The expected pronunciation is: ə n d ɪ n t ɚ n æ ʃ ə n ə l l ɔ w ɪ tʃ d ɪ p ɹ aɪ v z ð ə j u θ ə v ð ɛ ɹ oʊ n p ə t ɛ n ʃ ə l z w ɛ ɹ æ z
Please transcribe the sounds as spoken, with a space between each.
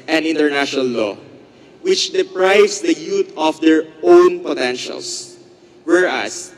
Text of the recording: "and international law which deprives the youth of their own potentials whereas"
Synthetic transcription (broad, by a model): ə n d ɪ n t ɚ n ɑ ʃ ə n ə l l ɔ w ɪ tʃ d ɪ p ɹ aɪ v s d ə j u t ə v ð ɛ ɹ oʊ n p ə t ɛ n ʃ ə l s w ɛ ɹ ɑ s